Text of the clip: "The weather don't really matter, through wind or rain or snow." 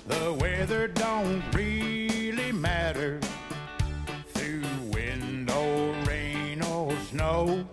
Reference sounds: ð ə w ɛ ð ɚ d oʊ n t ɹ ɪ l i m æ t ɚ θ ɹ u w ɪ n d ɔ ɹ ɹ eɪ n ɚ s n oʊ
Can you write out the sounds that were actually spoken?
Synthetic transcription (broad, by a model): ð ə w ɛ ð ɚ d oʊ n t ɹ ɪ l i m æ t ɚ θ ɹ u w ɪ n d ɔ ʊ ɹ eɪ n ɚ s n oʊ